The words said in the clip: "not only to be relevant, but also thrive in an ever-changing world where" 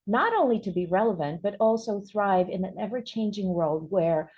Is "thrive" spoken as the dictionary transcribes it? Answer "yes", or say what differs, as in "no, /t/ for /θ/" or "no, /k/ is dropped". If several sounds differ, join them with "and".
yes